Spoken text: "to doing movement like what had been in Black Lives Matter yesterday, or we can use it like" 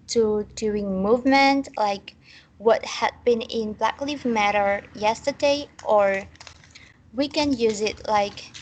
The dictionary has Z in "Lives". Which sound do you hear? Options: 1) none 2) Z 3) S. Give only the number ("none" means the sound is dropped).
1